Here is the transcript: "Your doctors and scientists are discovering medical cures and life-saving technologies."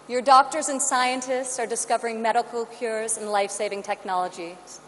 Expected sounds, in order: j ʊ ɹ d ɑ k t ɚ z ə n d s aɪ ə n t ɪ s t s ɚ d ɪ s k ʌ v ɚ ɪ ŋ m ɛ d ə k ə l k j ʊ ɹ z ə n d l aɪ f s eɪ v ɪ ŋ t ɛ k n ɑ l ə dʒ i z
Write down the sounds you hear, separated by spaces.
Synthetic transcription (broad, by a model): j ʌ ɹ d ɑ k t ɚ z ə n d s aɪ ə n t ɪ s t s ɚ d ɪ s k ʌ v ɚ ɪ ŋ m ɛ d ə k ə l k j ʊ ɹ z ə n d l aɪ f s eɪ v ɪ ŋ t ɛ k n ɑ l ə dʒ i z